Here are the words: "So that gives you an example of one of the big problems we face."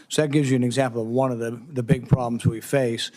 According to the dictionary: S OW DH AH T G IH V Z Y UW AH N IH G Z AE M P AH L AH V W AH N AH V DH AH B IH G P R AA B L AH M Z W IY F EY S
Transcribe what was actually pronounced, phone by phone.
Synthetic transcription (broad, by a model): S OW DH AH T G IH V Z Y AH N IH G Z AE M P L AH V W AH N AH V DH AH B IH G P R AA B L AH M Z W IY F EY S